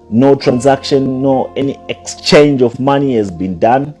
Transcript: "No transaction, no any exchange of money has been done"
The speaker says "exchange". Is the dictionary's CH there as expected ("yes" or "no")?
yes